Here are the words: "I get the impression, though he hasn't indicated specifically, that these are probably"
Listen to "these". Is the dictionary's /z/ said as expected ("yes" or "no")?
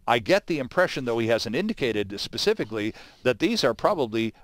yes